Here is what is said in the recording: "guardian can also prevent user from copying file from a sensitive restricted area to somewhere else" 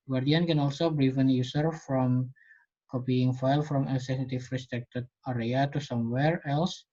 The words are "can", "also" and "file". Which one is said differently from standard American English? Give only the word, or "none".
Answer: none